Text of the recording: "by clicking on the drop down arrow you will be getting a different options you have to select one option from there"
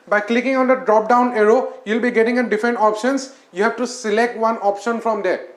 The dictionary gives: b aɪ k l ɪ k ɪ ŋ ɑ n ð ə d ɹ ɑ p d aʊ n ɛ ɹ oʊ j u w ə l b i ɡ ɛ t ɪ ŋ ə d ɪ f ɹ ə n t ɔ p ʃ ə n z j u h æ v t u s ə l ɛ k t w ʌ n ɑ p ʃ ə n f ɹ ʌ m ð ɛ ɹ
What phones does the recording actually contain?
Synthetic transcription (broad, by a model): b aɪ k l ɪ k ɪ ŋ ɑ n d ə d ɹ ɑ p d aʊ n ɛ ɹ oʊ j u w l b i ɡ ɛ t ɪ ŋ ə d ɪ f ɹ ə n t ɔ p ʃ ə n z j u h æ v t u s ə l ɛ k t w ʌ n ɑ p ʃ ə n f ɹ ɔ m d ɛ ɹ